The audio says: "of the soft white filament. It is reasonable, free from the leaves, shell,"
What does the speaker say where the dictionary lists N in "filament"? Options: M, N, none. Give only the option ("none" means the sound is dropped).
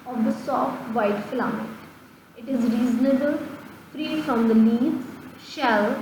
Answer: none